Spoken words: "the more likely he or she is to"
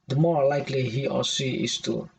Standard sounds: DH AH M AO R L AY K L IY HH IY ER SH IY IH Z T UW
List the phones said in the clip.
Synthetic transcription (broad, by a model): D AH M AO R L AY K L IY HH IY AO S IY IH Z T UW